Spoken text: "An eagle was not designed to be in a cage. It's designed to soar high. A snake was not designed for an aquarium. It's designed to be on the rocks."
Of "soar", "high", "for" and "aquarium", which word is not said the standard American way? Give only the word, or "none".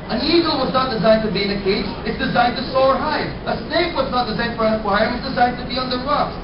aquarium